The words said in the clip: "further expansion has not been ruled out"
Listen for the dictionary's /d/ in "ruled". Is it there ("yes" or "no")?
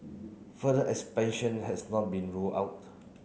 no